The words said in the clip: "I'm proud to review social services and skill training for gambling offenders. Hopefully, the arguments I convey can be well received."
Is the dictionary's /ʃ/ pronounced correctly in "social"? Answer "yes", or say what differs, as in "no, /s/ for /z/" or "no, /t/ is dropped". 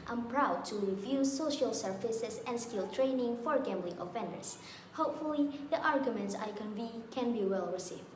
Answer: yes